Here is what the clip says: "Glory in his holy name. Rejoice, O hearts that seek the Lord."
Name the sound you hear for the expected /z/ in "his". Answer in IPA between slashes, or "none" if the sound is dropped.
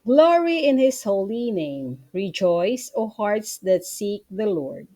/s/